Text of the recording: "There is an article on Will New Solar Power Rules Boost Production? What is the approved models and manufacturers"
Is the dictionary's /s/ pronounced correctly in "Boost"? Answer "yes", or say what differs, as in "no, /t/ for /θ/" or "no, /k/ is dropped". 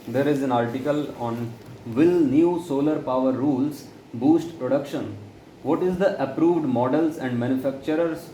yes